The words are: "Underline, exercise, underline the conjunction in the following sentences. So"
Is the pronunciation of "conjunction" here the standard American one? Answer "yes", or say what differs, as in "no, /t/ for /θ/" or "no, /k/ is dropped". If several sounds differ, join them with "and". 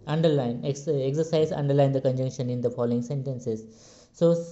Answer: yes